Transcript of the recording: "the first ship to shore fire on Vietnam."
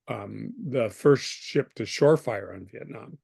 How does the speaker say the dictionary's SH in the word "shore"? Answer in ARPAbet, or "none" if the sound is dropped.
SH